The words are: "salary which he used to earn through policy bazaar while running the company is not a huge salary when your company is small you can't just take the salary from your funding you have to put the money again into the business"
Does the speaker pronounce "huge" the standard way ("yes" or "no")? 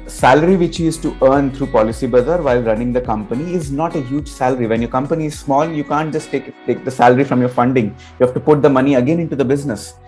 yes